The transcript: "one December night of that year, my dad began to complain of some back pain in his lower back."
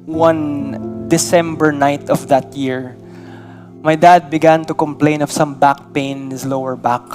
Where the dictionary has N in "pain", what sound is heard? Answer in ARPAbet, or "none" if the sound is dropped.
none